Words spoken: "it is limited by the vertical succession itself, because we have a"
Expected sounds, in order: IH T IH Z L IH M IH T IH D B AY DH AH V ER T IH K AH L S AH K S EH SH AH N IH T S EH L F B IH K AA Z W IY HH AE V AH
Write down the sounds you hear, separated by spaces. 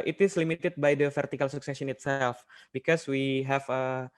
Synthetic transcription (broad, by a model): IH T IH S L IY M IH T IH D B AY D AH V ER T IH K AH L S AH K S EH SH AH N IH T S EH L F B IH K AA S W IY HH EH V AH